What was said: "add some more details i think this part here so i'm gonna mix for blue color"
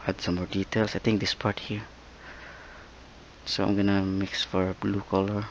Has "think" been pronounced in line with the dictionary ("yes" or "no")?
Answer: no